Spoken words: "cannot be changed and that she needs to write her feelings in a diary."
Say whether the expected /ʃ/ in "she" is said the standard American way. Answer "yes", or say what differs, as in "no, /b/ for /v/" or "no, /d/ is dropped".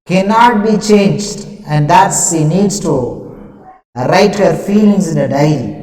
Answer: no, /s/ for /ʃ/